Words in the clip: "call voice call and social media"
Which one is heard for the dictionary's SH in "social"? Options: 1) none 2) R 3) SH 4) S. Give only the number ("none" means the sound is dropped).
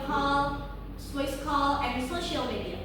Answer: 3